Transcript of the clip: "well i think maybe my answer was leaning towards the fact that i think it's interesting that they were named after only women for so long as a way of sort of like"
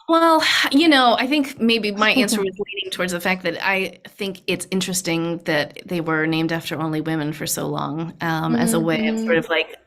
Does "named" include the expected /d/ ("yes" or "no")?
yes